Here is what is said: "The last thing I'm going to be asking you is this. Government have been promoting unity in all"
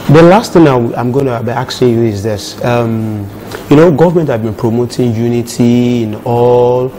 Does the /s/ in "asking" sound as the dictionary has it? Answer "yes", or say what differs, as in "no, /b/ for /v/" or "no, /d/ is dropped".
no, /s/ is dropped